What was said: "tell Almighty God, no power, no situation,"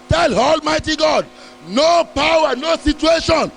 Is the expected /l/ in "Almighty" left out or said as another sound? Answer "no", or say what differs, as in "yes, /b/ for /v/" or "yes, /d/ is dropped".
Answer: no